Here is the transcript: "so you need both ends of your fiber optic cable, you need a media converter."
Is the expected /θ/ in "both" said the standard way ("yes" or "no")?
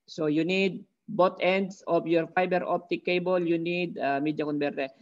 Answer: no